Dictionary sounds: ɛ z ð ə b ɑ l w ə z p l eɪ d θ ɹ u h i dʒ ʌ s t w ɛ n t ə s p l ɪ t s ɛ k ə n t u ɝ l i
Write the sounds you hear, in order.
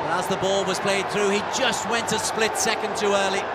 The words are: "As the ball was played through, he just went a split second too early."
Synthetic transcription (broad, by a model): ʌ z ð ə b ɑ l w ə z p l eɪ d θ ɹ u i dʒ ʌ s t w ɛ n t ə s p l ɪ t s ɛ k ə n t u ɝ l i